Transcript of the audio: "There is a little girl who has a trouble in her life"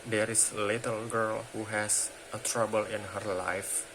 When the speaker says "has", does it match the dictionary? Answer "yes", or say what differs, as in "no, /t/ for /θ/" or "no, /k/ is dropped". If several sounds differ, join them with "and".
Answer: no, /s/ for /z/